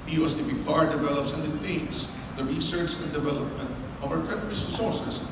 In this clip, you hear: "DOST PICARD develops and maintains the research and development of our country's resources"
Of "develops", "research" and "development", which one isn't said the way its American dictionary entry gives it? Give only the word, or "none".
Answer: none